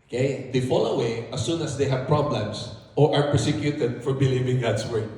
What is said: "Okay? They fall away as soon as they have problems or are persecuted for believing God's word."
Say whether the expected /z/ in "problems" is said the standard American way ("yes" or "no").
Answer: no